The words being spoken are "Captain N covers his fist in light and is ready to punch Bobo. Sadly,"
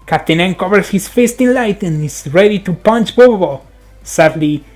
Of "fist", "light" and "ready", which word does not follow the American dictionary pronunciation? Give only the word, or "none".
none